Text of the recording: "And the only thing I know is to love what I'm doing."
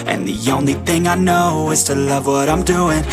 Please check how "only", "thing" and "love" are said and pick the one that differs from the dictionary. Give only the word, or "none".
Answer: none